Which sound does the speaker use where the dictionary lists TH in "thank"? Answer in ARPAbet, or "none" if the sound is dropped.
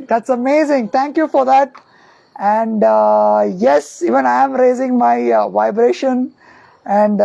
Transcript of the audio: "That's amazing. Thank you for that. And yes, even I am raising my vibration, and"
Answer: T